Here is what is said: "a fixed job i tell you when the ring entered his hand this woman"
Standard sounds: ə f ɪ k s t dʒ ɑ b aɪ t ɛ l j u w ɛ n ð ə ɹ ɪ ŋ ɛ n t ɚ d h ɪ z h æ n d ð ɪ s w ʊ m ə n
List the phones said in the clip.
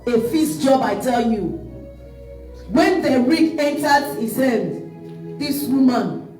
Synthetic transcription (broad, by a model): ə f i s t dʒ ɑ b aɪ t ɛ l j u w ɛ n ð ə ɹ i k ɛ n t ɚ d h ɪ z h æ n d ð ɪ s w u m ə n